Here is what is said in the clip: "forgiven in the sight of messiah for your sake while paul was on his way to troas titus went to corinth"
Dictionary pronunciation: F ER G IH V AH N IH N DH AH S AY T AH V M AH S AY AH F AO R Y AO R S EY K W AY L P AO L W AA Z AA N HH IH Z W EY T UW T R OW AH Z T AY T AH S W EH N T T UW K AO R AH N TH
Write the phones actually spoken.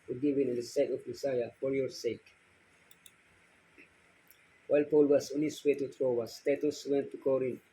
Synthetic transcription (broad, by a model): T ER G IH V IH N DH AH S AY T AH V M AH S AY AH F AO R Y AO R S EY K W AY L P AO L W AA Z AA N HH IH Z W EY T UW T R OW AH S T AY T AH S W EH N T T UW K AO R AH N